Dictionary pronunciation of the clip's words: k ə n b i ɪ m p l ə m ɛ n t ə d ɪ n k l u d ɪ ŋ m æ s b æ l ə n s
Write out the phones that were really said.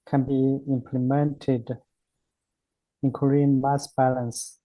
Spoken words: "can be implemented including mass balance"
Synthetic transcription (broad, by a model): k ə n b i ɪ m p l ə m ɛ n t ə d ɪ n k u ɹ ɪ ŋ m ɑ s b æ l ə n s